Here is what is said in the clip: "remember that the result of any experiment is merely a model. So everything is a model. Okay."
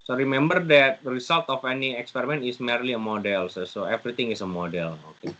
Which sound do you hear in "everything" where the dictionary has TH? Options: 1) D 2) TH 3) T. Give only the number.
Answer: 3